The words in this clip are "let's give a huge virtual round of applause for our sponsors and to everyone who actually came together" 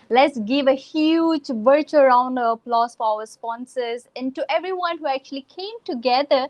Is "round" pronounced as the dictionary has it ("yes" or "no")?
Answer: yes